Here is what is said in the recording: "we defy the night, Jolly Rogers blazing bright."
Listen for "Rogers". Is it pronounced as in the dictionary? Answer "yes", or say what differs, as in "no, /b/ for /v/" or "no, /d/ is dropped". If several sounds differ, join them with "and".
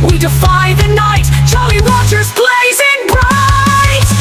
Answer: no, /w/ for /ɹ/ and /tʃ/ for /dʒ/